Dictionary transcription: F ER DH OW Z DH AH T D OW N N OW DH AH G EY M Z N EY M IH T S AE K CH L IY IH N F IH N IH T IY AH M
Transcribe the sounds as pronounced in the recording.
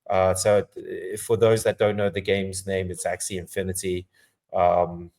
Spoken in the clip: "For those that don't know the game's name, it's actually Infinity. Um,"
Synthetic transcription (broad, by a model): F ER DH OW Z DH AH T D OW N N OW DH AH G EY M Z N EY M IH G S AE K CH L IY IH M F IH N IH T IY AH M